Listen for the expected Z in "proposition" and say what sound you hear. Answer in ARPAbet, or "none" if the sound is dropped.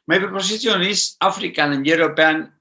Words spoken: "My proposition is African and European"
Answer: S